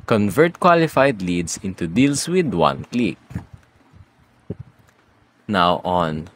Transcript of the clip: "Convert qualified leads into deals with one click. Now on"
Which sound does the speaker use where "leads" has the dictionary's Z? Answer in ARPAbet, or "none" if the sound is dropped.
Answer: S